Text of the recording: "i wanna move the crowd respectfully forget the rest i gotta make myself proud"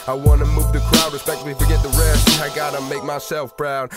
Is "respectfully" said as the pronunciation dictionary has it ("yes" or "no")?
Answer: no